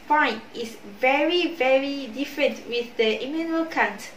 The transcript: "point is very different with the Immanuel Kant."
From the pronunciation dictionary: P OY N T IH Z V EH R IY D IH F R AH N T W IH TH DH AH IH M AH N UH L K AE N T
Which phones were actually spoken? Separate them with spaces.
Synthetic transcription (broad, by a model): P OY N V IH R V EH R IY D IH F R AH N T W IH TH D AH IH M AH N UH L K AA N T